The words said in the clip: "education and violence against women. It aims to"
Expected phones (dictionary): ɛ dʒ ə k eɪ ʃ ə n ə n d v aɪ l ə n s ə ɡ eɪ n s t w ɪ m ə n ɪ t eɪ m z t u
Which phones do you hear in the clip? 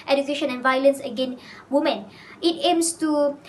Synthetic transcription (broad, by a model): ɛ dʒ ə k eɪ ʃ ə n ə n v aɪ l ə n s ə ɡ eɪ n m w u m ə n ɪ t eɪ m s t u